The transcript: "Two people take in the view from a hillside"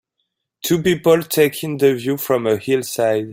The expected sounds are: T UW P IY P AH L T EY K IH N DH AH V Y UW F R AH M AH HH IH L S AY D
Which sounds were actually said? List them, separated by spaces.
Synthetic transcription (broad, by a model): T UW P IY P AH L T EY K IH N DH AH V Y UW F R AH M AH HH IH L S AY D